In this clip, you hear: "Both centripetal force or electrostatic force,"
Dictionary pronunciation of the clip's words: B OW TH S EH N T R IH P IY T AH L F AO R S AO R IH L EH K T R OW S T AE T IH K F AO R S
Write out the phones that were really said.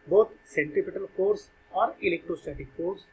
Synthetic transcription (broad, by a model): B OW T S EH N T IH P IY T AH L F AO R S AO R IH L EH K T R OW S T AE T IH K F AO R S